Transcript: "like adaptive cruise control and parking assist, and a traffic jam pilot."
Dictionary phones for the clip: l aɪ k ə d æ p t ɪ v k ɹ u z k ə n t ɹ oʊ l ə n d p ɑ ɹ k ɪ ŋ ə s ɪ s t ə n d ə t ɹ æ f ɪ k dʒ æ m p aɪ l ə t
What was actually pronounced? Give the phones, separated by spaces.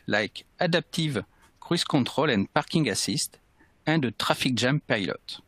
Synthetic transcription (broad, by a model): l aɪ k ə d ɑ p t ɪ v k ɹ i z k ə t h oʊ l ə n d p ɑ ɹ k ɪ ŋ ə s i s t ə d ə t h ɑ f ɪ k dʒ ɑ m p aɪ l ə t